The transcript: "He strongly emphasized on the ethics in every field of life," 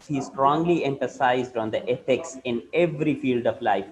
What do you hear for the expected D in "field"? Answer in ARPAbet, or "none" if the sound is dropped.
D